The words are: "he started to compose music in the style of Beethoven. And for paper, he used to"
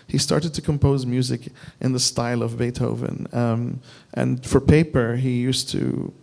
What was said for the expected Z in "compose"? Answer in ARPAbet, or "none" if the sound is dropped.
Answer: Z